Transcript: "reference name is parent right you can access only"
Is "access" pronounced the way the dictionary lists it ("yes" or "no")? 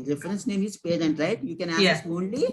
no